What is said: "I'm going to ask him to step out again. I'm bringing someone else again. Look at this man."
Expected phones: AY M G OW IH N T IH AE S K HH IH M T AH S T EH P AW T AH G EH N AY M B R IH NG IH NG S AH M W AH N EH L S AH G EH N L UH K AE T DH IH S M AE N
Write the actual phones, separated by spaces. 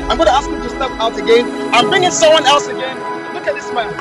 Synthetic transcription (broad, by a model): AY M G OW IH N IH AE S K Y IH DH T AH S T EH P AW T AH G EH N AY M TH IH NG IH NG S AH M W AH N EH L S AH G EH N L UH K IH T DH IH S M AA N